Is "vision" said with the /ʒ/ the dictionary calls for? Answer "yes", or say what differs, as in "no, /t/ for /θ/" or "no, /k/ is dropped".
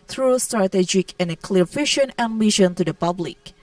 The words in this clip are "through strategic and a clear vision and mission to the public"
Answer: no, /ʃ/ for /ʒ/